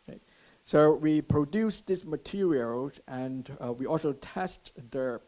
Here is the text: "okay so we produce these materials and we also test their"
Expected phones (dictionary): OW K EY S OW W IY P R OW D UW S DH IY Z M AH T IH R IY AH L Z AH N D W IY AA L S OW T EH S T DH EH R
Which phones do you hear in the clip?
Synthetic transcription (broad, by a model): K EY S OW W IY P R OW D UW S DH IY S M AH T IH R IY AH L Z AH N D W IY AA L S OW T EH S T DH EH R